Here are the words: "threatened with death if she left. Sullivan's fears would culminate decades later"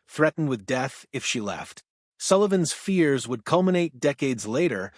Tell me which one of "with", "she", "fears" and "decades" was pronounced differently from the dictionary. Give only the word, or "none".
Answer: none